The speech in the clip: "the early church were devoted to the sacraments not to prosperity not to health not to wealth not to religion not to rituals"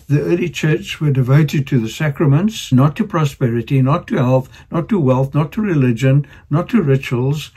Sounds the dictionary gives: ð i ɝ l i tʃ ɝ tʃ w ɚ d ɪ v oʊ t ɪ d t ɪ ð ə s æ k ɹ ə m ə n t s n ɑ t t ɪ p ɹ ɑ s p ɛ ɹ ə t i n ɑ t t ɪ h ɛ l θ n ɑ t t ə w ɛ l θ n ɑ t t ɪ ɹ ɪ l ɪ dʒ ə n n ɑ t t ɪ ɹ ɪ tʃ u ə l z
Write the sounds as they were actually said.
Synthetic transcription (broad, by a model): ð i ɝ l i tʃ ɝ tʃ w ɚ d ɪ v oʊ t ɪ d t ɪ ð ə s æ k ɹ ə m ə n t s n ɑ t t ɪ p ɹ ɑ s p ɛ ɹ ə t i n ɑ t t ɪ h ɛ l θ n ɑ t t ə w ɛ l θ n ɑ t t ɪ ɹ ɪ l ɪ dʒ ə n n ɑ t t ɪ ɹ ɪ tʃ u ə l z